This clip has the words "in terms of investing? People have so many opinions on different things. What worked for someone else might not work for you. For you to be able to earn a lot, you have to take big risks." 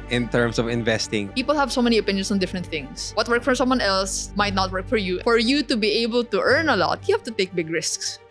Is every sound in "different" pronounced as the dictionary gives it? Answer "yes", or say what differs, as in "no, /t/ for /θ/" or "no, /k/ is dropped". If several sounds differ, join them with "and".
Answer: yes